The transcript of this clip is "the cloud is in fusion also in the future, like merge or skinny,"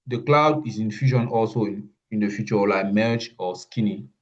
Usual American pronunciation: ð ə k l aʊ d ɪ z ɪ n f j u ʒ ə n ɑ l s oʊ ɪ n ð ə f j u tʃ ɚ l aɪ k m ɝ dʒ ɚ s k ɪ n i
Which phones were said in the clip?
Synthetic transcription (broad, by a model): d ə k l aʊ d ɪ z ɪ n f j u ʃ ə n ɑ l s oʊ ɪ n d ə f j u tʃ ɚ l aɪ k m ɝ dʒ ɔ s k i n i